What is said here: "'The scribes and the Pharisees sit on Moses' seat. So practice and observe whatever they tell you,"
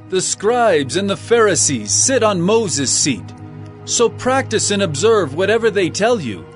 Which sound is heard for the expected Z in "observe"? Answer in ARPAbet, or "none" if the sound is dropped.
Z